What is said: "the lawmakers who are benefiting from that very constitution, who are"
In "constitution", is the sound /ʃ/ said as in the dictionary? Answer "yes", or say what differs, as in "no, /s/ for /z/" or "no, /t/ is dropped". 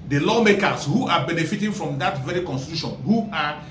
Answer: yes